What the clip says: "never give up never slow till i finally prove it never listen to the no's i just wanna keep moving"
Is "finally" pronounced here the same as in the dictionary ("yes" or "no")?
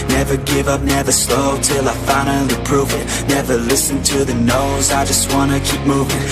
no